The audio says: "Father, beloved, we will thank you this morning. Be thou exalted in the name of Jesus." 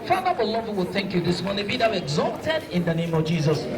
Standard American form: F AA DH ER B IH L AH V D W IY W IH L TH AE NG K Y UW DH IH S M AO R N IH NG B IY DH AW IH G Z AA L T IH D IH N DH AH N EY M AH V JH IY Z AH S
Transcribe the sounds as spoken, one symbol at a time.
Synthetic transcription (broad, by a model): F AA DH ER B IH L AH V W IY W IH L TH AE NG K Y UW DH IH S M AO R N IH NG B IY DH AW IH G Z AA T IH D IH N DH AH N EY M AH V JH IY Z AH S